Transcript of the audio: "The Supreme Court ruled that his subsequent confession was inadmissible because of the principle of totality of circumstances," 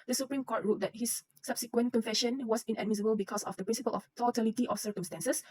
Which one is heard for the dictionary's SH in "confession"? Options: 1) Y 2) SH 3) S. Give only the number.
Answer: 2